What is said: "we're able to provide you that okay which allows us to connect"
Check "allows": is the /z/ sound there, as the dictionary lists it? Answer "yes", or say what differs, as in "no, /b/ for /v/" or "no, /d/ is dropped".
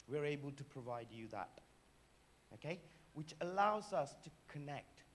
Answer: yes